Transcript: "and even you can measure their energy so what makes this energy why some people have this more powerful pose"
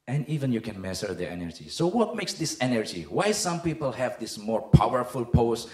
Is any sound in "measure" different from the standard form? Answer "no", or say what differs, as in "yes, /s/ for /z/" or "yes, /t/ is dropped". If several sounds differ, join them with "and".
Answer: yes, /s/ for /ʒ/